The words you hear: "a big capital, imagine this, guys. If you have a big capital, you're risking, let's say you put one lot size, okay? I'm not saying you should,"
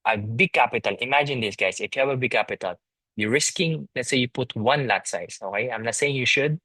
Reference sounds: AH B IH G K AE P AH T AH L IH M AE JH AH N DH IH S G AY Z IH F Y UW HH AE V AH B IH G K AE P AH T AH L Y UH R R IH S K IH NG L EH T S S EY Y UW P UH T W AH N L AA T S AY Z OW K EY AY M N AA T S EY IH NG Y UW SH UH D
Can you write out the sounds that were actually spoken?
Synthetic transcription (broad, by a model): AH B IH G K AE P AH T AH L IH M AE JH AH N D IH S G AY S IH F Y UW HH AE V AH B IH G K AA P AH T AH L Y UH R R IH S K IH NG L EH T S S EY Y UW P UH T W AH N L AA T S AY S OW K EY AY M N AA T S EY IH NG Y UW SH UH D